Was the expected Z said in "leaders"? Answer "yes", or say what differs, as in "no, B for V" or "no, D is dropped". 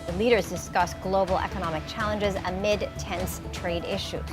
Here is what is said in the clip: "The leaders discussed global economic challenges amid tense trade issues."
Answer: yes